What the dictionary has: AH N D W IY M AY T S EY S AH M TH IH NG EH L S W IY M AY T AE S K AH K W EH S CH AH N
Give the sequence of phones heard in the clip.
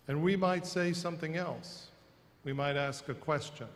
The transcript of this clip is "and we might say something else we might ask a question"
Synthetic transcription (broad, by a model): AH N W IY M AY T S EY S AH M TH IH NG EH L S W IY M AY T AE S K AH K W EH S CH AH N